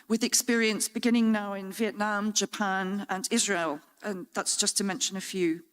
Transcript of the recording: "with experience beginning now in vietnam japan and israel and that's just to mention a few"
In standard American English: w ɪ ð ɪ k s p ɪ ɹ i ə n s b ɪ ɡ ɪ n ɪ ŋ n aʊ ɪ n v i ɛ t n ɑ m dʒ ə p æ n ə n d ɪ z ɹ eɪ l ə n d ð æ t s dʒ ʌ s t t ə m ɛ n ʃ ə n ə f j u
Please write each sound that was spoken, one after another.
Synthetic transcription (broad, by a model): w ɪ ð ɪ k s p ɪ ɹ i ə n s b ɪ ɡ ɪ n ɪ ŋ n aʊ ɪ n v i ɛ t n ɑ m dʒ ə p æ n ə n ɪ z ɹ eɪ l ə n ð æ t s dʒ ʌ s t t ə m ɛ n ʃ ə n ə f j u